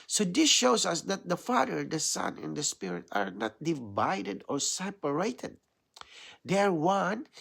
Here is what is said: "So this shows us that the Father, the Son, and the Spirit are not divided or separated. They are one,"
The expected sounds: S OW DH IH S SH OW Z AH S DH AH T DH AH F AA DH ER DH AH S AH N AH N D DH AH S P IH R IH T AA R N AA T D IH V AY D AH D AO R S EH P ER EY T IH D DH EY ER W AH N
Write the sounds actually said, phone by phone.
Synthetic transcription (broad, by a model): S OW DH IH S SH OW S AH S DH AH T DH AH F AA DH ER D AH S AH N AH N D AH S P IH R IH T AA R N AA T D IH V AY D AH D AO R S EH P ER EY T IH D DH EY ER W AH N